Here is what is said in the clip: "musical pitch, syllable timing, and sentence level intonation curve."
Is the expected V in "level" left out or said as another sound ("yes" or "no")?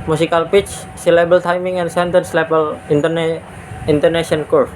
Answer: yes